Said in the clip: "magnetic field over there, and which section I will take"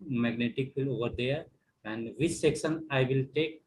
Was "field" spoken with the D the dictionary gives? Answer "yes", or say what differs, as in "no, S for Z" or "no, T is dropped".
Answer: no, D is dropped